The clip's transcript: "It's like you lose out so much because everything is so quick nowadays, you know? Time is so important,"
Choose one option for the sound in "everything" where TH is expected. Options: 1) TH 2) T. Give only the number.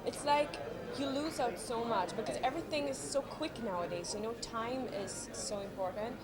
1